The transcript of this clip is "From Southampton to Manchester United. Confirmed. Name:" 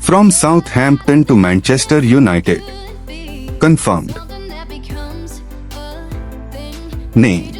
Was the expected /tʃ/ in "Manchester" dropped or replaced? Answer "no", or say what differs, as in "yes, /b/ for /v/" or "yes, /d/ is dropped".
no